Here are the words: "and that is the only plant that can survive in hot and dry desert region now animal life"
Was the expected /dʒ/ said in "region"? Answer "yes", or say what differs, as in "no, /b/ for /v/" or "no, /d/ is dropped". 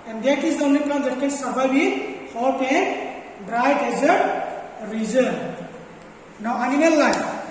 no, /z/ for /dʒ/